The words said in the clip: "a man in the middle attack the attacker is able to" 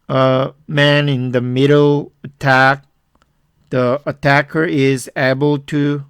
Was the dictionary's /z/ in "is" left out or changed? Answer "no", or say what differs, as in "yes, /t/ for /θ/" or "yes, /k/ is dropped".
no